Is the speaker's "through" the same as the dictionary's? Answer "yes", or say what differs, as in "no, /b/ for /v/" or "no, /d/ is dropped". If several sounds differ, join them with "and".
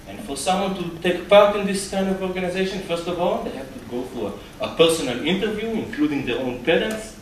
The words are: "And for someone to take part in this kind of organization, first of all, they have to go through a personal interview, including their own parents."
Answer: no, /f/ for /θ/